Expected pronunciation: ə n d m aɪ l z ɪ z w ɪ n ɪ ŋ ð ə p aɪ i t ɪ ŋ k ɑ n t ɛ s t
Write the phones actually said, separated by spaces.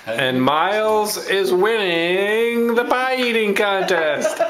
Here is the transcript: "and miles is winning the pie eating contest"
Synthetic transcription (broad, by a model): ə n m aɪ l z ɪ z w ɪ n ɪ ŋ ð ə b aɪ i t ɪ ŋ k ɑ n t ɛ s t